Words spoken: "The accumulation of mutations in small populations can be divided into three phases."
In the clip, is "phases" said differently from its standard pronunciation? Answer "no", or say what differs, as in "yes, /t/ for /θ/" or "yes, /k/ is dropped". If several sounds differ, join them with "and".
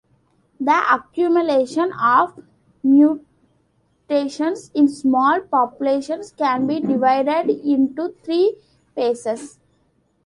yes, /p/ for /f/ and /s/ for /z/ and /s/ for /z/